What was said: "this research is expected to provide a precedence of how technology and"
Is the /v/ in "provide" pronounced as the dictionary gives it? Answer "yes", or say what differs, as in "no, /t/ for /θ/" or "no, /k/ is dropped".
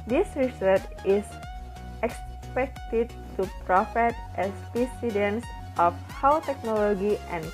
no, /f/ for /v/